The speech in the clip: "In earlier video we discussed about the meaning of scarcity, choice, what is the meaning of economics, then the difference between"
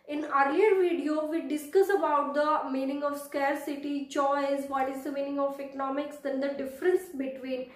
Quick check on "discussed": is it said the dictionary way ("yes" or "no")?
no